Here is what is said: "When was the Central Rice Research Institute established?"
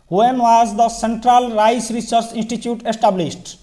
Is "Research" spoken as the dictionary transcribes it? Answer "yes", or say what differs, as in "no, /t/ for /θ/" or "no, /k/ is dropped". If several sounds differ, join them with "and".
no, /s/ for /tʃ/